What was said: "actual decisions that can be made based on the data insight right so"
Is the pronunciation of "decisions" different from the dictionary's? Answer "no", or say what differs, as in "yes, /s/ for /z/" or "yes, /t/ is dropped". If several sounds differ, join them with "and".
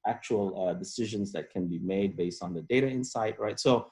no